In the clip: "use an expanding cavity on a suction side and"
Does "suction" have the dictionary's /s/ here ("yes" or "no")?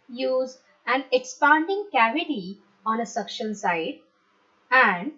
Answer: yes